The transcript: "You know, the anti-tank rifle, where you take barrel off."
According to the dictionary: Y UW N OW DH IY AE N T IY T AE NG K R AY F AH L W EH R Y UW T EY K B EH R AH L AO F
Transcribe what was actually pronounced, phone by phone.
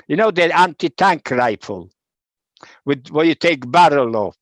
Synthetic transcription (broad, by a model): Y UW N OW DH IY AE N T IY T AE NG K R AY F AH L W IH W Y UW T EY K B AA R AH L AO